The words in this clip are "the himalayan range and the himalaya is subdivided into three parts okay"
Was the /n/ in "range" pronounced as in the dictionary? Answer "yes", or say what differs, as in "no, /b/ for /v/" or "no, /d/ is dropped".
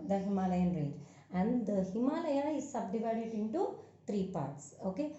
no, /n/ is dropped